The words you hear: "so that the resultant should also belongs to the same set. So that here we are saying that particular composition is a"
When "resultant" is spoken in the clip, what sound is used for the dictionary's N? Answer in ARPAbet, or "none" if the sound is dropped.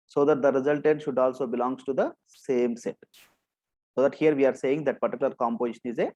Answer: none